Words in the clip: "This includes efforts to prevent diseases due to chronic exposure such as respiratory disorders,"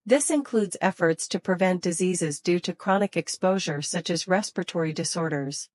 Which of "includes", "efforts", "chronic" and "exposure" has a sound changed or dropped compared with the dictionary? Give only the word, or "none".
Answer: none